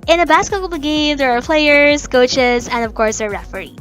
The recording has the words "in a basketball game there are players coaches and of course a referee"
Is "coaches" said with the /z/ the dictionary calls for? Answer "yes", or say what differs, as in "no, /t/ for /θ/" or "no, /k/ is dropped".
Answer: yes